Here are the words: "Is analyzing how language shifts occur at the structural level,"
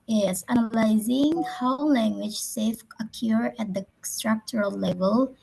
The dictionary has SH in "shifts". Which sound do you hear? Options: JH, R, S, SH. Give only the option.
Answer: S